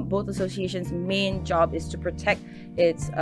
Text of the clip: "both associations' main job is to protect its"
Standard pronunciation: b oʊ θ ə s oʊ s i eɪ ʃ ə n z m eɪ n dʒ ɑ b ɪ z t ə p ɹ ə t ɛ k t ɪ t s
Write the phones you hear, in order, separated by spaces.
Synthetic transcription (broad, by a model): b oʊ θ ə s oʊ s i eɪ ʃ ə n z m eɪ n dʒ ɑ b ɪ z t ə p ɹ ə t ɛ k t ɪ t s